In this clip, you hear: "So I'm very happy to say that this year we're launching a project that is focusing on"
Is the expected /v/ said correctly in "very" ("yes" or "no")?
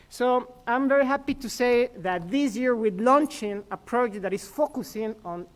yes